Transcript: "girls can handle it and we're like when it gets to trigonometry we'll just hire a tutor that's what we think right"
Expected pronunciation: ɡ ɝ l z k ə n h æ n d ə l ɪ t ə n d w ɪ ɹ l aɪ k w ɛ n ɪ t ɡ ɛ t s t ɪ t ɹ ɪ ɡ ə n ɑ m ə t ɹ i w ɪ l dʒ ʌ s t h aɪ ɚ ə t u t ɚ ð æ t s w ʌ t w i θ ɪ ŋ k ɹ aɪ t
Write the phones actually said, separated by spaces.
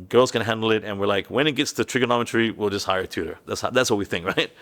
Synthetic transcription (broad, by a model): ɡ ɝ l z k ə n h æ n d l ɪ t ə n w ɪ ɹ l aɪ k w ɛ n ɪ t ɡ ɛ t s t ɪ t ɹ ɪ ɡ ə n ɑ m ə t ɹ i w ɪ l dʒ ʌ s t h aɪ ɚ ə t u t ɚ ð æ t s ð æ t w i θ ɪ ŋ k ɹ aɪ t